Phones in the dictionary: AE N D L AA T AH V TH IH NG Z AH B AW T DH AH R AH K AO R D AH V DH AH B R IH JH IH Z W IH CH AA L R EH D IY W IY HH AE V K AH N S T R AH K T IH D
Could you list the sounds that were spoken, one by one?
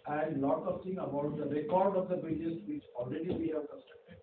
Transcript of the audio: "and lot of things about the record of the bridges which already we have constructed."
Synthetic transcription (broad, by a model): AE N D L AA T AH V T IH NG AH B AW T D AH R AH K AO R D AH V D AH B IH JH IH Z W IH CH AA L R EH D IY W IY HH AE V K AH S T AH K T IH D